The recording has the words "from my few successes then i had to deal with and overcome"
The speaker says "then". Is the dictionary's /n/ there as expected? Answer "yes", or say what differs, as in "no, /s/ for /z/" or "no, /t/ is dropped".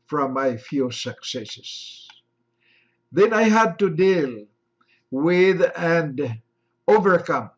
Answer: yes